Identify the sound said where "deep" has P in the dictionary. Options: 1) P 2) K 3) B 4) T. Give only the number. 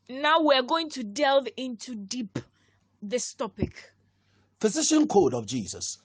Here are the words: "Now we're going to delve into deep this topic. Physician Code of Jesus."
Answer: 1